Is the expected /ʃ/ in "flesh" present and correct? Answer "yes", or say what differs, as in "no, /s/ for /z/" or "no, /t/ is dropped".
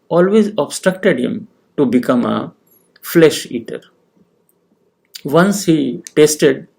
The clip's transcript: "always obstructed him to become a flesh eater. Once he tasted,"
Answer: yes